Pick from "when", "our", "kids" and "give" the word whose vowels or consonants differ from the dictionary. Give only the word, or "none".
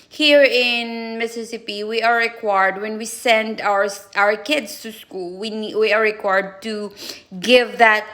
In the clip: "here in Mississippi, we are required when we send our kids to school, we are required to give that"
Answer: kids